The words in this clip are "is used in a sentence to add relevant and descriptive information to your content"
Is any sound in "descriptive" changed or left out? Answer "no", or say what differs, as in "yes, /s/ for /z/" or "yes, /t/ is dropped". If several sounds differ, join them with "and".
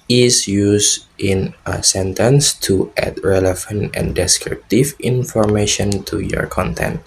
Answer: no